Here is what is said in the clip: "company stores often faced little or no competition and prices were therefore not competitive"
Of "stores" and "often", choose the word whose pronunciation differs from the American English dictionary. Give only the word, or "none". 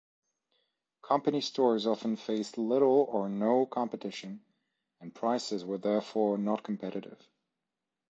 none